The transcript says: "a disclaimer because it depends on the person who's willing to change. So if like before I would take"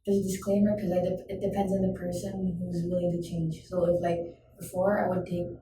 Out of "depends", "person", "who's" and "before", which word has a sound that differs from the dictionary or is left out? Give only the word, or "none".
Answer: none